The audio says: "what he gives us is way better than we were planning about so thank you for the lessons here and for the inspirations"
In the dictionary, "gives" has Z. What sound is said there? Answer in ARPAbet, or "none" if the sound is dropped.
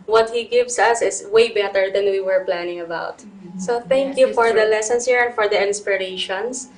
S